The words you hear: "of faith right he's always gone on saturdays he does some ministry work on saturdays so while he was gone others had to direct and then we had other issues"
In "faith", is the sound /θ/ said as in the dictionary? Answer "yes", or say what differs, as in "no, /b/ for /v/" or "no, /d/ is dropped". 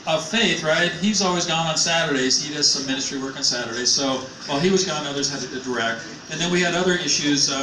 yes